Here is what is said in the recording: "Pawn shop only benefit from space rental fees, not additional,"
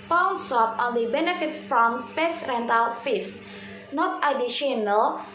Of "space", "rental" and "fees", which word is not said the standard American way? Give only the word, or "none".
fees